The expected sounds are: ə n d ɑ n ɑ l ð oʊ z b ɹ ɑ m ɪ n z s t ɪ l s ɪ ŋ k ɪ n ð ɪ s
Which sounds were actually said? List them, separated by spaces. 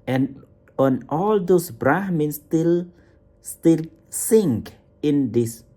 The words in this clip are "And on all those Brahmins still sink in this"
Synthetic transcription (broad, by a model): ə n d ɑ n ɑ l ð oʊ s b ɹ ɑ m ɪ n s s t ɪ l s ɪ ŋ k ɪ n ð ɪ s